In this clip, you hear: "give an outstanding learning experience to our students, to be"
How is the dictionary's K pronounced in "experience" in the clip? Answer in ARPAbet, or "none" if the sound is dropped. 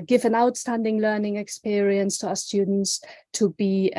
K